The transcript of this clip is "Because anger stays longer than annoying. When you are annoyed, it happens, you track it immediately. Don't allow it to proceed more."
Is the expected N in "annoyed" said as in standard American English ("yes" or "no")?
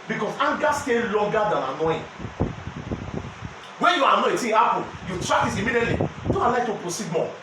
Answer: no